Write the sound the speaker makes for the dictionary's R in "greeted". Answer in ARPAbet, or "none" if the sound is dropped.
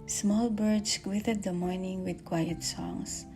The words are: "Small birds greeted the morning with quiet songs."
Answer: W